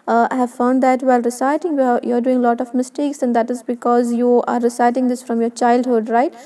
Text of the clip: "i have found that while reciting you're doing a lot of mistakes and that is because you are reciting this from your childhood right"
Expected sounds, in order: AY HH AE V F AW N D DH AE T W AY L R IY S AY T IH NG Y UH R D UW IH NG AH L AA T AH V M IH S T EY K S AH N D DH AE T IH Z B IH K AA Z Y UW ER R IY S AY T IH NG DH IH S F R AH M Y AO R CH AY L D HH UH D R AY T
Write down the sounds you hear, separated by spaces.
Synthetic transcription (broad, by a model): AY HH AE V F AW N D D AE T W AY L R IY S AY T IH NG Y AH R D UW IH NG L AA T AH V M IH S T EY K S AH N D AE T IH Z B IH K AA Z Y UW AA R IY S AY T IH NG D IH S F R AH M Y AO R CH AY L D HH UH D R AY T